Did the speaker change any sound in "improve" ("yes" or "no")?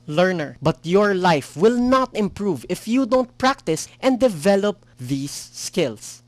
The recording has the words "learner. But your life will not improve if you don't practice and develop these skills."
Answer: no